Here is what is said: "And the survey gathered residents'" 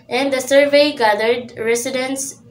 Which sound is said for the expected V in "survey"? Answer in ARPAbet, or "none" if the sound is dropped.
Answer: V